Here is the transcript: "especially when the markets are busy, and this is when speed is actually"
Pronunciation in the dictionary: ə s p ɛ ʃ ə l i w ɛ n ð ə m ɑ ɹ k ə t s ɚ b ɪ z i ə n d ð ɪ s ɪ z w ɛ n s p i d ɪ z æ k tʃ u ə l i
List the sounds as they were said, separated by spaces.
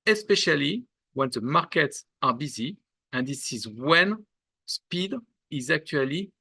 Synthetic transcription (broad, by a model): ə s p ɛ ʃ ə l i w ɛ n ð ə m ɑ ɹ k ə t s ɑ b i z i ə n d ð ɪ s ɪ z w ɛ n s p i d ɪ z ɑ k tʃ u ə l i